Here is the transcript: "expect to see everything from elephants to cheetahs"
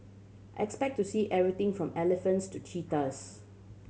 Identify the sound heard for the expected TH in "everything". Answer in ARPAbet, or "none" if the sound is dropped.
T